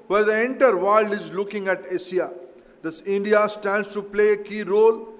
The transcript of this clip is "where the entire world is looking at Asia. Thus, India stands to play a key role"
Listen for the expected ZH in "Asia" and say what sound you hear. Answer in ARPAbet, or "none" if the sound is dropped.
S